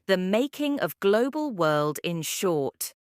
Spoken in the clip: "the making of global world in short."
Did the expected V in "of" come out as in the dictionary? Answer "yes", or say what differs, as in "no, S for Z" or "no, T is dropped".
yes